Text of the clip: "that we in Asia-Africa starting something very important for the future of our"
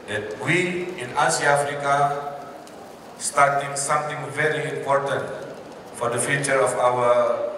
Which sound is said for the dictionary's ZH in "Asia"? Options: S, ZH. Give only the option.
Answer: S